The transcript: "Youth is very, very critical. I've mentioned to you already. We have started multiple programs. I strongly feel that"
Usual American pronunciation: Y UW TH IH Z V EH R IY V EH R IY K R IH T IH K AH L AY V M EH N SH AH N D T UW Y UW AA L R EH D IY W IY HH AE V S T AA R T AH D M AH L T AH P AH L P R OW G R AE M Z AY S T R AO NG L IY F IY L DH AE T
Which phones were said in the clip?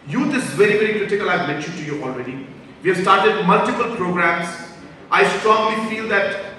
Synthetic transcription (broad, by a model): Y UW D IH S V EH R IY V EH R IY K R IH T IH K AH L AY V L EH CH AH T UW Y UW AA L R EH D IY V IY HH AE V S T AA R T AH D M AH L T AH P AH L P R OW G R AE M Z AY S T R AO NG L IY F IY L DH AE T